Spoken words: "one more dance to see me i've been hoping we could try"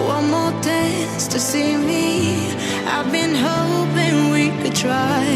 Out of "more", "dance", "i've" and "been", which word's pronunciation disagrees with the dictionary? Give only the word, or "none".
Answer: dance